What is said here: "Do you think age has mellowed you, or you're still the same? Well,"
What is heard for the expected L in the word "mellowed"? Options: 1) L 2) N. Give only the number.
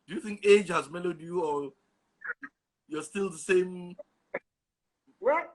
1